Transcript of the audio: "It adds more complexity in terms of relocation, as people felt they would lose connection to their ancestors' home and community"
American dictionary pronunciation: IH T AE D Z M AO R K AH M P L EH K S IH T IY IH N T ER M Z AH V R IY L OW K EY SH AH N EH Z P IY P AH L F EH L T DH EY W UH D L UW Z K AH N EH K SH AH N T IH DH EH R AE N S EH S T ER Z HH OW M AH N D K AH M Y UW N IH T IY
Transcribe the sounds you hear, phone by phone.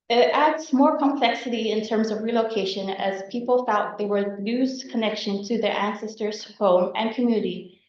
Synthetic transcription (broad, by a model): IH T AE D Z M AO R K AH M P L EH K S IH T IY IH N T ER M Z AH V R IY L OW K EY SH AH N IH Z P IY P L F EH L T DH EY W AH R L UW Z K AH N EH K SH AH N T IH DH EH R AE N S EH S T ER Z HH OW M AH N K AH M Y UW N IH T IY